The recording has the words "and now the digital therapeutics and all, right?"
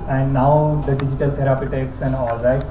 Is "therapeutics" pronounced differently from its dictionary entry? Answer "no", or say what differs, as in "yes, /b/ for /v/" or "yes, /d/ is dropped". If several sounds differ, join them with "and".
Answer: yes, /t/ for /θ/